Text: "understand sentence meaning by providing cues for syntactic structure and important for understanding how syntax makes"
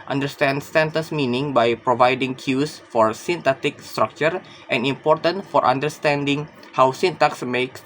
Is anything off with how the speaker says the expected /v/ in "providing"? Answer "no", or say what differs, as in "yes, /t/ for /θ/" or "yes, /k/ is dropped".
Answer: no